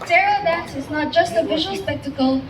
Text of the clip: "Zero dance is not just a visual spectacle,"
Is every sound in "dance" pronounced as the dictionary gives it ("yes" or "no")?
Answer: no